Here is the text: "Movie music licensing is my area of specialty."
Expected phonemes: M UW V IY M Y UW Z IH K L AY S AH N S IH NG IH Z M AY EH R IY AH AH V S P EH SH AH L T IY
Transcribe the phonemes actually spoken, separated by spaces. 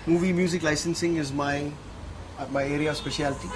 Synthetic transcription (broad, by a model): M UW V IY M Y UW Z IH K L AY S AH N S IH NG IH Z M AY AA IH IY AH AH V S P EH SH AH L T IY